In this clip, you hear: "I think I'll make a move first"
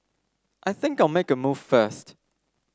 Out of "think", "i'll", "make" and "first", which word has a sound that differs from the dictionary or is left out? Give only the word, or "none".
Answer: none